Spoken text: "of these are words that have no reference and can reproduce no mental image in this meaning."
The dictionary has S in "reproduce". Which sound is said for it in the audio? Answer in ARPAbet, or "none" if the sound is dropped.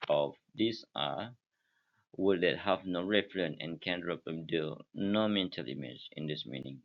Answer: none